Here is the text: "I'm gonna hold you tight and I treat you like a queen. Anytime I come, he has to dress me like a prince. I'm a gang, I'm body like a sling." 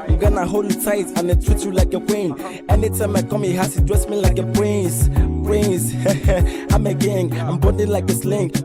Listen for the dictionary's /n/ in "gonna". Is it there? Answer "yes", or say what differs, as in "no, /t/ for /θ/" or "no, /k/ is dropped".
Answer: yes